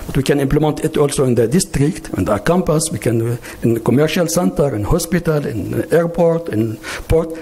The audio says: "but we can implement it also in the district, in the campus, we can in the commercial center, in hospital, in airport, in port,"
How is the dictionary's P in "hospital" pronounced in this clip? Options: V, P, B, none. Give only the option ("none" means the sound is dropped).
P